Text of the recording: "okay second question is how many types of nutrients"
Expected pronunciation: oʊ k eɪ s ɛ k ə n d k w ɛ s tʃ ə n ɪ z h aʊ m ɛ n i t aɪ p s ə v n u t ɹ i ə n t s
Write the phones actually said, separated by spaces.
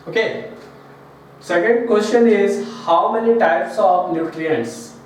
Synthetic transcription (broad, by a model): oʊ k eɪ s ɛ k ə n d k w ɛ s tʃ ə n ɪ z h aʊ m ɛ n i t aɪ p s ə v n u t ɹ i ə n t s